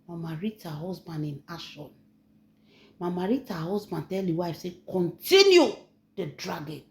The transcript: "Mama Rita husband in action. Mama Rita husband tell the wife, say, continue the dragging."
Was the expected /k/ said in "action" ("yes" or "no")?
no